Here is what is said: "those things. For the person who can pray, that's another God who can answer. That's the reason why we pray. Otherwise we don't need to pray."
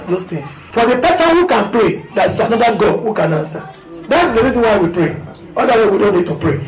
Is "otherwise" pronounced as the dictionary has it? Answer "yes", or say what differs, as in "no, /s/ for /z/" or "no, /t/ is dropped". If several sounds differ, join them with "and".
no, /z/ is dropped